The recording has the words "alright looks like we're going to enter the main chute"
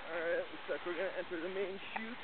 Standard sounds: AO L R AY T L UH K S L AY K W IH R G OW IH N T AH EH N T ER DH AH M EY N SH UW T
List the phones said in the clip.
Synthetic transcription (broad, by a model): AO R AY T W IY S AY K W IH R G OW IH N T EH N T ER DH AH M EY N SH UW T